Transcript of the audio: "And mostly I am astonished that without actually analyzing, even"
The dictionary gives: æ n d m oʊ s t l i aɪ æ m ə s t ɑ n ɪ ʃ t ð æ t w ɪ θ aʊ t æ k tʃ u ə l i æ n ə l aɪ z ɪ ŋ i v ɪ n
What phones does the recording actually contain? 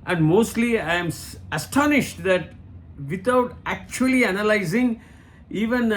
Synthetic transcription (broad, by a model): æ n d m oʊ s t l i aɪ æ m ə s t ɑ n ɪ ʃ t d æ t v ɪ t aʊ t æ k tʃ u ə l i æ n ə l aɪ z ɪ ŋ i v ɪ n